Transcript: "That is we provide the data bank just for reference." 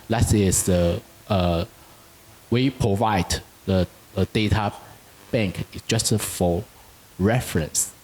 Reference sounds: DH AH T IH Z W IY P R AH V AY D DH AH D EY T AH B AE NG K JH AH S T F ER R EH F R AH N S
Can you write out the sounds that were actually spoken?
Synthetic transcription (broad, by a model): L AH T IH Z W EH P R AH V AY D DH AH D EY T AH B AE NG K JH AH S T F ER R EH F R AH N S